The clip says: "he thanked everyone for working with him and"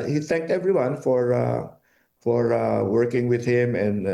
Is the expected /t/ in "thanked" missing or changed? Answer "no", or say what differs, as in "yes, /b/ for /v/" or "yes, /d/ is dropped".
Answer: no